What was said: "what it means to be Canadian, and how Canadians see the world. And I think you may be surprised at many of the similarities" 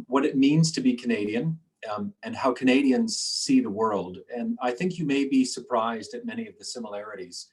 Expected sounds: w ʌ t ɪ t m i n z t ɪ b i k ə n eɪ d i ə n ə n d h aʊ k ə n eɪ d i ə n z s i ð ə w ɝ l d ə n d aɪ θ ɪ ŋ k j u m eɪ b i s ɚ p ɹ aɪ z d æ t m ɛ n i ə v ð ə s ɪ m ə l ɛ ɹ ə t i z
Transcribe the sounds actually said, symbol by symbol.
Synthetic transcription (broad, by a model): w ʌ t ɪ t m i n z t ɪ b i k ə n eɪ d i ə n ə n h aʊ k ə n eɪ d i ə n z s i ð ə w ɝ l d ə n aɪ θ ɪ ŋ k j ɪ m eɪ b i s ɚ p ɹ aɪ z d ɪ t m ɛ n i ə v ð ə s ɪ m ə l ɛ ɹ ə t i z